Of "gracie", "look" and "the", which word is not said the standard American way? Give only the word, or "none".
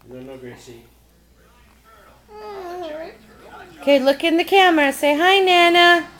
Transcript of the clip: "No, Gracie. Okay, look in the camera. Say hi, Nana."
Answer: gracie